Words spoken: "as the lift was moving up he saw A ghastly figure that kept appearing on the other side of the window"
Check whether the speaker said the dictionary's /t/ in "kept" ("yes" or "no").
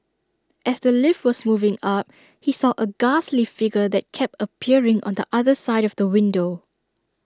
yes